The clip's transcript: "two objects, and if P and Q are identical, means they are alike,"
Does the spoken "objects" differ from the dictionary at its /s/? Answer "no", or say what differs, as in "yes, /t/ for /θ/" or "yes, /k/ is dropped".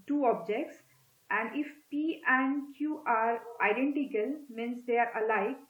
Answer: no